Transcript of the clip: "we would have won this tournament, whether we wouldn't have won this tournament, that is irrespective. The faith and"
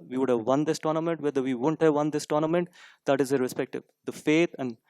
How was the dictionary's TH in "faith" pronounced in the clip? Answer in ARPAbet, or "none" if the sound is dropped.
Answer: T